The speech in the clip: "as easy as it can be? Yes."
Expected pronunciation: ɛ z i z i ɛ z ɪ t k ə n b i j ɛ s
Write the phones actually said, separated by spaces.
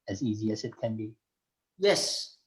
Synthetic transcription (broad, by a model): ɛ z i z i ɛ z ɪ t k ə n b i j ɛ s